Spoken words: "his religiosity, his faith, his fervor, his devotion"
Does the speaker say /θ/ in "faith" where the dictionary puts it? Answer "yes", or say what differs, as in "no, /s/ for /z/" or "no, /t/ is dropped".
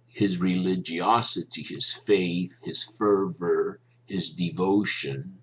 yes